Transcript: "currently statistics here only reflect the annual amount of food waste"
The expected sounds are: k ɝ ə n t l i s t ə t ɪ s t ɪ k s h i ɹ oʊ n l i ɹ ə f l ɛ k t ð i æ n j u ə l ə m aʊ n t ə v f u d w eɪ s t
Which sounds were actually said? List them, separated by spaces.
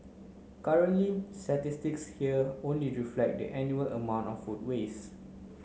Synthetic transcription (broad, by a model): k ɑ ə n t l i s t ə t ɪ s t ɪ k s h i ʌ oʊ n l i ɹ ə f l ɛ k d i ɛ n j u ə l ə m aʊ n t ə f u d w eɪ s